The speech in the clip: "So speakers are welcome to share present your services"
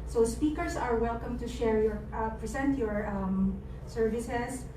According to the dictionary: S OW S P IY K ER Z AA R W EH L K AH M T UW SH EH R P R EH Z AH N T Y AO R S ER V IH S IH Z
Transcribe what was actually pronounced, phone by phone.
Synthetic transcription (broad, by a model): S OW S P IY K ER S AA R W EH L K AH M T UW SH EH R P R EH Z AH N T Y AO R S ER V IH S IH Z